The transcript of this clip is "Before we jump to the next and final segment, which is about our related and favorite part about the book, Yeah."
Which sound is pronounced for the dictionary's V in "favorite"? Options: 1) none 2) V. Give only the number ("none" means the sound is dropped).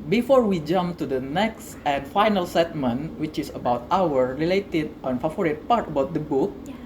1